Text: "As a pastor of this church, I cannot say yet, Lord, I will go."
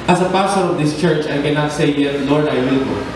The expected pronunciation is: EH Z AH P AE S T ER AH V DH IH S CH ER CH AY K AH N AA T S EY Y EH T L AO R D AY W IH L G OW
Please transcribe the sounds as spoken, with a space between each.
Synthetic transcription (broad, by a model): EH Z AH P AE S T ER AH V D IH S CH ER CH AY K AH N AA T S EY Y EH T L AO R D AY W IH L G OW